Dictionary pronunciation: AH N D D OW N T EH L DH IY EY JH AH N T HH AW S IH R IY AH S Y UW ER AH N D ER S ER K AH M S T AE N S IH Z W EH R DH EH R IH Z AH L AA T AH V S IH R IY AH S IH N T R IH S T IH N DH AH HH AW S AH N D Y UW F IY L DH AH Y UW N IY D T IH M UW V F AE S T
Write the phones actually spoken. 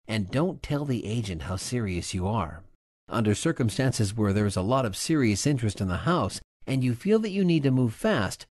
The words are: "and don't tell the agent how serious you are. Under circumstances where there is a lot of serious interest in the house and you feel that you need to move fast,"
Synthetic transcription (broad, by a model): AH N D D OW N T EH L DH IY EY JH AH N T HH AW S IH R IY AH S Y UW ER AH N D ER S ER K AH M S T AE N S IH Z W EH R DH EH R IH Z AH L AA T AH V S IH R IY AH S IH N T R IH S T IH N DH AH HH AW S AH N Y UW F IY L DH AH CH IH N IY D T IH M UW V F AE S T